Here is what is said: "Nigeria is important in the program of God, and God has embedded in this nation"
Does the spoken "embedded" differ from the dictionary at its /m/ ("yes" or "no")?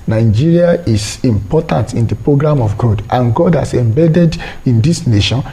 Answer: no